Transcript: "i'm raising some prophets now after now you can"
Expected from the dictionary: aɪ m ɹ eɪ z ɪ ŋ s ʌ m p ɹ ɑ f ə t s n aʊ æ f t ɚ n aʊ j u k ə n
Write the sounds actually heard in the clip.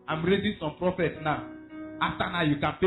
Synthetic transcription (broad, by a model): aɪ m ɹ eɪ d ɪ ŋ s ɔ m p ɹ ɑ f ə t s n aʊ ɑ f t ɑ n aʊ j u k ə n